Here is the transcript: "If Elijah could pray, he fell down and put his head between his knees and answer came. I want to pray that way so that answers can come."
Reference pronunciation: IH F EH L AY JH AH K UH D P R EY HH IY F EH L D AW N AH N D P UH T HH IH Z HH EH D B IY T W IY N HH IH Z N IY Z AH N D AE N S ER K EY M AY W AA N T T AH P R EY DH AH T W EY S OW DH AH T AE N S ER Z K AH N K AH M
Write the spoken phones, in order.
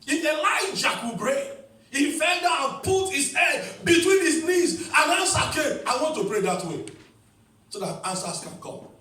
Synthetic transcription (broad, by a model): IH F EH L AY JH AH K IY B R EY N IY F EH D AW AH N P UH T HH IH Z HH EH D B IY T W IY N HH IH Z N IY Z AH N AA N S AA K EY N AY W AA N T T AH P R EY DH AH T W EY S OW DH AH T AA N S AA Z K AH N K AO M